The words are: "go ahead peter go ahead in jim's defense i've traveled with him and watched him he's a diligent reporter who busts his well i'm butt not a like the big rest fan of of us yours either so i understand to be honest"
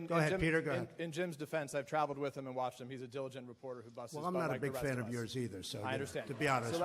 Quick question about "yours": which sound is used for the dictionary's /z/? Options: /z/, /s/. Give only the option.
/z/